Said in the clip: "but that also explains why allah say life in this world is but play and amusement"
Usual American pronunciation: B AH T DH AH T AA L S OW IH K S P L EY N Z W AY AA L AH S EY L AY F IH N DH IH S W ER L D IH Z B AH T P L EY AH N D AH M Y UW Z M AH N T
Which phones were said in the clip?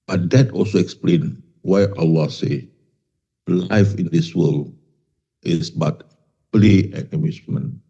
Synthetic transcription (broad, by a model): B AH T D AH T AA L S OW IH K S P L EY N W AY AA L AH S EY L AY F IH N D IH S W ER L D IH S B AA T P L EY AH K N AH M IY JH M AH N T